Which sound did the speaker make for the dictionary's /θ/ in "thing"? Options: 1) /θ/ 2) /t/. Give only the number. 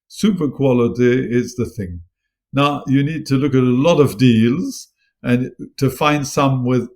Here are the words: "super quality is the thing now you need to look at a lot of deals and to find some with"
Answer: 1